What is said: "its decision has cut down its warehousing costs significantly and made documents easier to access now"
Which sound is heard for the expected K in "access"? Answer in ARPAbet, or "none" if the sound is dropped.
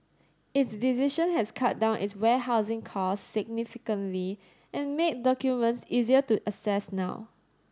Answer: none